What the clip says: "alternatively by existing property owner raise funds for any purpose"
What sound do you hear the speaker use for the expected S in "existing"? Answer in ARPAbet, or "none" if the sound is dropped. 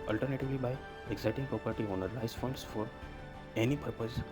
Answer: none